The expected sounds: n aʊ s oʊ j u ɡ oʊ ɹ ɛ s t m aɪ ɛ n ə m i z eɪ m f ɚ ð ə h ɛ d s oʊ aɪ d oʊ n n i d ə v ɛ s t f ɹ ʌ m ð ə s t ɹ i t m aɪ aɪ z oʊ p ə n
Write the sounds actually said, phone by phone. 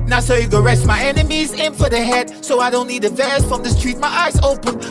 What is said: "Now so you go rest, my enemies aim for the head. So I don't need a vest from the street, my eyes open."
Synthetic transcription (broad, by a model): n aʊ s oʊ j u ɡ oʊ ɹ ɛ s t m aɪ ɛ n ə m i z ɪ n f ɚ ð ə h ɛ d s oʊ aɪ d oʊ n n i d ə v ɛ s f ɹ ʌ m ð ə s t ɹ i t m aɪ aɪ z oʊ p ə n